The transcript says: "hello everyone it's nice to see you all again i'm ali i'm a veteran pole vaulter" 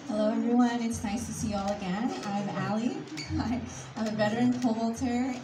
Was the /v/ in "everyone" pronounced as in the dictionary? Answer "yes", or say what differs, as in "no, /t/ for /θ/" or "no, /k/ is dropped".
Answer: no, /v/ is dropped